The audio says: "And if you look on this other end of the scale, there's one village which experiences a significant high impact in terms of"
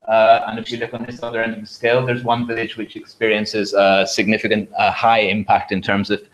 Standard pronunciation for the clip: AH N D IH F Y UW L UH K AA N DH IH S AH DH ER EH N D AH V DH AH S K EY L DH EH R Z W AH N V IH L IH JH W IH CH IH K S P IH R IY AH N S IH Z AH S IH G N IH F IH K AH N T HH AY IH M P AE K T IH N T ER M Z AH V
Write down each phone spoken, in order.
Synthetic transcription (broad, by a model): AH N IH F Y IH L UH K N DH IH S AH DH ER EH N D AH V DH AH S K EY L DH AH R Z W AH N V IH L IH JH W IH CH IH K S P IH R IY AH N S IH Z AH S IH G N IH F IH K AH N T HH AY IH M P AE K T IH N T ER M Z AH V